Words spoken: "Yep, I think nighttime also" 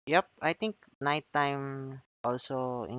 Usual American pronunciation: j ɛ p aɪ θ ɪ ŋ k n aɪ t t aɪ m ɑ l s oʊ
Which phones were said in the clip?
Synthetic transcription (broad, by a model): j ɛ p aɪ t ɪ ŋ k n aɪ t t aɪ m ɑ l s oʊ